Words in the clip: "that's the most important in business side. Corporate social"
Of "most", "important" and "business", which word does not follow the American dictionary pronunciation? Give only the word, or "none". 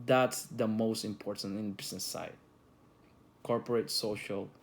business